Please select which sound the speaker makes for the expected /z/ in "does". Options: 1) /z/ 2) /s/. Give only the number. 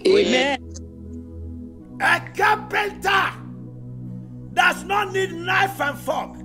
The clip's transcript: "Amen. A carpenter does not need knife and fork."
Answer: 2